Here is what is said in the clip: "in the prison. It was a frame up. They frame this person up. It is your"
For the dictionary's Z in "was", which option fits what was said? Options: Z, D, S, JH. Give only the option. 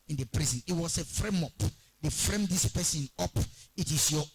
S